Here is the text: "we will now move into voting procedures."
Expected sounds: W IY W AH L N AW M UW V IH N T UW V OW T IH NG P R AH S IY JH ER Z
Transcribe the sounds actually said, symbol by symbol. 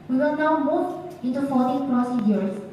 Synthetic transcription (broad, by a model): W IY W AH N AW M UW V IH N T UW F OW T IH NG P R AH S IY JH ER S